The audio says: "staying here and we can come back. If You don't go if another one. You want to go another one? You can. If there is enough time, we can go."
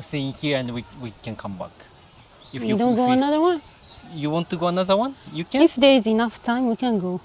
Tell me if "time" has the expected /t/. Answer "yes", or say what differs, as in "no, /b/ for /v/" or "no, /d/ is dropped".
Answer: yes